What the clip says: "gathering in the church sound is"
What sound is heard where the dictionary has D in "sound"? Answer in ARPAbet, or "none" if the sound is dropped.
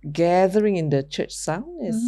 none